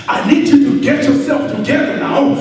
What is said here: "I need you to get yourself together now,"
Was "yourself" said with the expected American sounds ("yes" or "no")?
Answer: yes